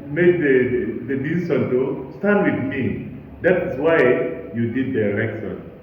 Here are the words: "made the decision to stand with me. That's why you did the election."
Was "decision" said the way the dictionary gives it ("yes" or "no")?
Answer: no